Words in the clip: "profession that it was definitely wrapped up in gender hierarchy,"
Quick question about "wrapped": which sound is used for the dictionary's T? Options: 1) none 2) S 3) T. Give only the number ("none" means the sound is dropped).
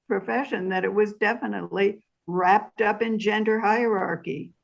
3